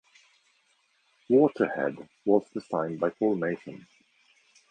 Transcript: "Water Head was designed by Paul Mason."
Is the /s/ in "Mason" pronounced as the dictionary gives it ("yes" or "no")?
no